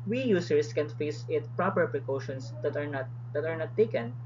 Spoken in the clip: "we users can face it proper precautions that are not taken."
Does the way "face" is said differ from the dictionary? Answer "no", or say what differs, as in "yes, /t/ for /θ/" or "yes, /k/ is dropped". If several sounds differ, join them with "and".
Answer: no